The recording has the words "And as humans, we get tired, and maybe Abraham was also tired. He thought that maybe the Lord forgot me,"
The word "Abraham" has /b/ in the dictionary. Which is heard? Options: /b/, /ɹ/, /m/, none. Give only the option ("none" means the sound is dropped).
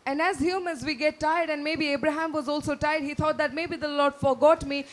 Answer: /b/